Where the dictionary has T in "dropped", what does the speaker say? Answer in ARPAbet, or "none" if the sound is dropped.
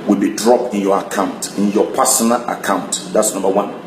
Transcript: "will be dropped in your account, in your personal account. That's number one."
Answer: T